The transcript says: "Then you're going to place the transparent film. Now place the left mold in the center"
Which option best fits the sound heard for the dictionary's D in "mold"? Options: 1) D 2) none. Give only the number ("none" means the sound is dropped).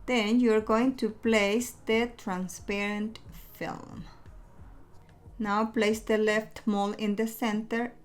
2